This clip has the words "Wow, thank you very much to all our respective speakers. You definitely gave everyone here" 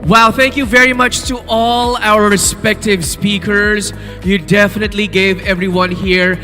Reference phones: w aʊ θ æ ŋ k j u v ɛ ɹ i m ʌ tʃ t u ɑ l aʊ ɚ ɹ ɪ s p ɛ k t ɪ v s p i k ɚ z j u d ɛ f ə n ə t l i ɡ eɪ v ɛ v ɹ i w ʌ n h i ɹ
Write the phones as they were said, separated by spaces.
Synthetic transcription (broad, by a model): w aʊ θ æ ŋ k j u v ɛ ɹ i m ʌ tʃ t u ɑ l aʊ ɚ ɹ ɪ s p ɛ k t ɪ v s p i k ɚ z j u d ɛ f ə n ə t l i ɡ eɪ v ɛ v ɹ i w ʌ n h i ɹ